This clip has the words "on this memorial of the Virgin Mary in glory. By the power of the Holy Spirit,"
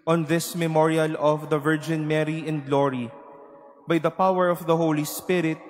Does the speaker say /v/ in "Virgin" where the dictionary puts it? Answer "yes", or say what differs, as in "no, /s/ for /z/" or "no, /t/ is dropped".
yes